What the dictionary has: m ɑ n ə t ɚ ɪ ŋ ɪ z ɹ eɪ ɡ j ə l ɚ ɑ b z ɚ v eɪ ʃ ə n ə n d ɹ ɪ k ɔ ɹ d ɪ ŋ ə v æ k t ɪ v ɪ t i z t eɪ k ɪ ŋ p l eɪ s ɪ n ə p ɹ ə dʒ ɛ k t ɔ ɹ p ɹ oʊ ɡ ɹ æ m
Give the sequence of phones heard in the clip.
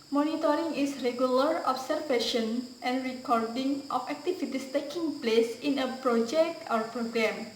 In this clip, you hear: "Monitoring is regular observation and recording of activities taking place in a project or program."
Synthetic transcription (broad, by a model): m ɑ n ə t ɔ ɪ ŋ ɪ s ɹ eɪ ɡ j ə l ɚ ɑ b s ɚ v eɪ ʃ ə n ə n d ɹ ɪ k ɔ ɹ d ɪ ŋ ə f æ k t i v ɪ t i s t eɪ k ɪ ŋ p l eɪ s ɪ n ə p ɹ ə dʒ ɛ k t ɔ ɹ p ɹ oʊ ɡ ɹ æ m